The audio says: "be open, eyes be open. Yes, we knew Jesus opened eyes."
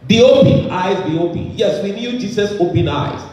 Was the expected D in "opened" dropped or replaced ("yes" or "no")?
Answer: yes